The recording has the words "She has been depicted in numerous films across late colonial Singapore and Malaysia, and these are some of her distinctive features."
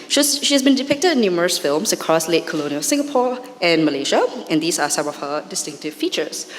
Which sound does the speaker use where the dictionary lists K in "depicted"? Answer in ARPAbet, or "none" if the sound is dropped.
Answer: K